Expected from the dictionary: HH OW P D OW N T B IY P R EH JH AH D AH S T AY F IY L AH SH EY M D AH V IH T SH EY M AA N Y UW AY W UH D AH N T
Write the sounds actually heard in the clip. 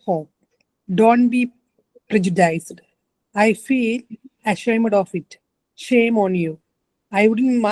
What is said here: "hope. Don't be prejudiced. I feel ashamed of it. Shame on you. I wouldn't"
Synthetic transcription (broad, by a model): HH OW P D OW N T B IY P R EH JH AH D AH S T AY F IY L AH SH EY M D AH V IH T SH EY M AA N Y UW AY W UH D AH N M